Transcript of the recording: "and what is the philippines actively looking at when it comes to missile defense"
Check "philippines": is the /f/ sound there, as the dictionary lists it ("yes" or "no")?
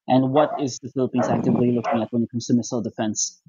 yes